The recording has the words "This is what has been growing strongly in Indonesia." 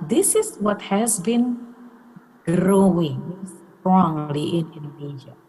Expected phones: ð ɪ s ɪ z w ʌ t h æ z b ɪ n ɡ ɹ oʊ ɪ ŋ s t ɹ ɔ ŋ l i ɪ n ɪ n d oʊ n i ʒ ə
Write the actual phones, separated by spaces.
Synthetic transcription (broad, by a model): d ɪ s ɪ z w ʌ t h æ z b ɪ n ɡ ɹ oʊ ɪ ŋ s t ɹ ɔ ŋ l i ɪ n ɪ n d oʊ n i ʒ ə